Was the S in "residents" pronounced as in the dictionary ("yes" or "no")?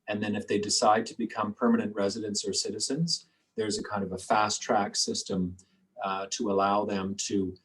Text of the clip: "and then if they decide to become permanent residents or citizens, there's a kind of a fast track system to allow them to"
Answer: yes